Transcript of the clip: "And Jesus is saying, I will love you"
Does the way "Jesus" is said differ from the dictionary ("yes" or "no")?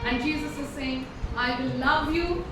no